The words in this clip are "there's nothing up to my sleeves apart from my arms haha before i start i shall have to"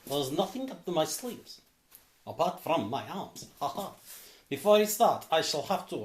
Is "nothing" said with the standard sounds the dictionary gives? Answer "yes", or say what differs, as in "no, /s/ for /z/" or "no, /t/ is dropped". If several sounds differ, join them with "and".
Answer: yes